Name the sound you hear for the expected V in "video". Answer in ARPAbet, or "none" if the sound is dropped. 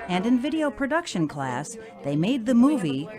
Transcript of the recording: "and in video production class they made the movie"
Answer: V